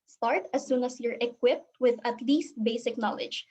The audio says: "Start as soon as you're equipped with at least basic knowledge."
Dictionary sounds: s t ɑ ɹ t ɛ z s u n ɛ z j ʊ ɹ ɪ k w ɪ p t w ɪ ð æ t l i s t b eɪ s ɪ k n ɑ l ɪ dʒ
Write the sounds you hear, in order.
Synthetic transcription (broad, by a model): s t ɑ ɹ t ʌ s u n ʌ s j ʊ ɹ ɪ k w ɪ p t w ɪ ð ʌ t l i s t b eɪ s ɪ k n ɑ l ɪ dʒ